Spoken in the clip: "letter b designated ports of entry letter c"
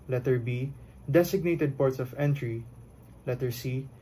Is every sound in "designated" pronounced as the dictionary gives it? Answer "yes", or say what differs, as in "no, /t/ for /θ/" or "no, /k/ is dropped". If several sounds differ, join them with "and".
no, /s/ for /z/